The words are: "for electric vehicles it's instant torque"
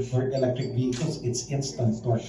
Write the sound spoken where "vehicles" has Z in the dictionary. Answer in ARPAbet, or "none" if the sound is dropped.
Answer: S